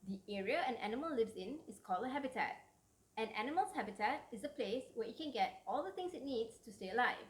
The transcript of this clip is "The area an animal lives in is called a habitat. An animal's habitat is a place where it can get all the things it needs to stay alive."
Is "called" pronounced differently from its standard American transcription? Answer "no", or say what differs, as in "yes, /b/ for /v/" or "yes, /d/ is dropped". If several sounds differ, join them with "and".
yes, /d/ is dropped